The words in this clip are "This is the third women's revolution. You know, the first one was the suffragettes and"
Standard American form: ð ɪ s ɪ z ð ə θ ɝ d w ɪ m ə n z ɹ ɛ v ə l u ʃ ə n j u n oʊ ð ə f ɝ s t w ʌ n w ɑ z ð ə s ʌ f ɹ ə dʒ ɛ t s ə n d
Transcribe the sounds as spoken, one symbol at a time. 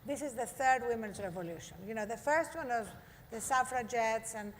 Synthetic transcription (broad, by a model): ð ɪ s ɪ z ð ə θ ɝ d w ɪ m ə n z ɹ ɛ v ə l u ʃ ə n j u n oʊ ð ə f ɝ s t w ʌ n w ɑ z ð ə s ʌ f ɹ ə dʒ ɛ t s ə n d